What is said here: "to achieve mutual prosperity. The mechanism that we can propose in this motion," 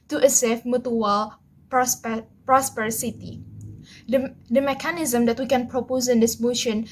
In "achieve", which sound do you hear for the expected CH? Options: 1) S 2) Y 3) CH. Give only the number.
1